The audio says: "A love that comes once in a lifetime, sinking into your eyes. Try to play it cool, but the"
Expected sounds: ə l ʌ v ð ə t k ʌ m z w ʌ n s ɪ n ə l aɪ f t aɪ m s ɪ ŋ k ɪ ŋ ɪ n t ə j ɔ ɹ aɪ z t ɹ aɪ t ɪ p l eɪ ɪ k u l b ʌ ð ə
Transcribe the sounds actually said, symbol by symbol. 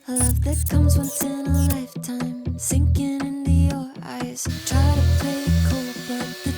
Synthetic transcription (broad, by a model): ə l ʌ v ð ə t k ʌ m z w ʌ n s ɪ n ə l aɪ f t aɪ m s ɪ ŋ k ɪ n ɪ n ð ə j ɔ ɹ aɪ z t ɹ aɪ t ɪ p l eɪ ɪ k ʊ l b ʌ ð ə